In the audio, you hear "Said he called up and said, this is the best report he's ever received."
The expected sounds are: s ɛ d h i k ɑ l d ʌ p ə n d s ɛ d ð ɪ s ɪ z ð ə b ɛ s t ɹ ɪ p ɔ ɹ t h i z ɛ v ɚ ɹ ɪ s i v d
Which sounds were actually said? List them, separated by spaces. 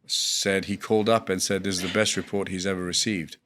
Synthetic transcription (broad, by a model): s ɛ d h i k ɑ l d ʌ p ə n s ɛ d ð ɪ ɪ z ð ə b ɛ s t ɹ ɪ p ɔ ɹ t h i z ɛ v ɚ ɹ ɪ s i v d